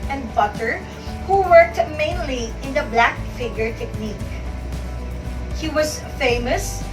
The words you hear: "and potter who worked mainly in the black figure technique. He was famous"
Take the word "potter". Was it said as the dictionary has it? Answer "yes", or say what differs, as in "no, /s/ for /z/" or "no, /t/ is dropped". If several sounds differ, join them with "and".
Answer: no, /b/ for /p/